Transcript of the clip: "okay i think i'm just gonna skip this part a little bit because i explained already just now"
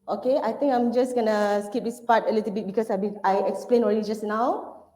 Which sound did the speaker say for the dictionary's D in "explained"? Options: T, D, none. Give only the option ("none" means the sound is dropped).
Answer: none